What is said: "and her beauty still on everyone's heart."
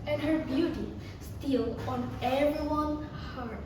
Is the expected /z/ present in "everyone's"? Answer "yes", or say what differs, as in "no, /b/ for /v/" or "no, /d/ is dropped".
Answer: no, /z/ is dropped